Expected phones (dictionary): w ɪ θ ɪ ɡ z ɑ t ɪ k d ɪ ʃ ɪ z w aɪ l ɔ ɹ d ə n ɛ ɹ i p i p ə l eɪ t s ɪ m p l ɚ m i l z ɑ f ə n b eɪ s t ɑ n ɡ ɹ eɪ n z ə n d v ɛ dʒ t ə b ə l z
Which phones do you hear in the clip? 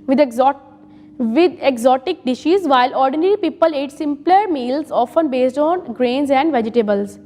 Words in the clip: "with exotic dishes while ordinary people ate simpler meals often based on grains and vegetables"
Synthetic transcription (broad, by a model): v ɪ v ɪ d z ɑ t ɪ k d ɪ ʃ ɪ z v aɪ l ɔ ɹ d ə n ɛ ɹ i p i p ə l eɪ t s ɪ m p l ɚ m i l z ɑ f ə n b eɪ s t ɑ n ɡ ɹ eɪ n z ə n d v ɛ dʒ t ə b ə l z